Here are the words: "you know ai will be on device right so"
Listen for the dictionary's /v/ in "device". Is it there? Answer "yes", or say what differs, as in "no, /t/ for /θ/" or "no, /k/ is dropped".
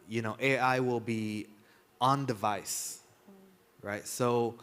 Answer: yes